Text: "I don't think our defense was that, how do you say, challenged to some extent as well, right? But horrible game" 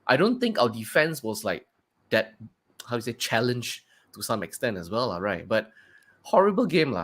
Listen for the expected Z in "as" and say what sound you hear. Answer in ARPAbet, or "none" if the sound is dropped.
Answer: S